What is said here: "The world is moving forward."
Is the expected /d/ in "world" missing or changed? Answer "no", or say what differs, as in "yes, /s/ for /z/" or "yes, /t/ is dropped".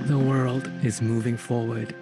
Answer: no